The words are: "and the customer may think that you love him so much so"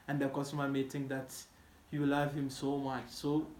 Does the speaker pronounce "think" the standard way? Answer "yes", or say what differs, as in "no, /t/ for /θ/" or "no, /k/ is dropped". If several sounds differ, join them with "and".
no, /t/ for /θ/